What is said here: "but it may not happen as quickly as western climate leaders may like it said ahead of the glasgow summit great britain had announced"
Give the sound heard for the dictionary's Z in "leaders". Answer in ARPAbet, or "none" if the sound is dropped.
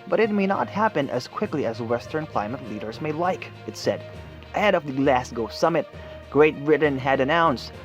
Z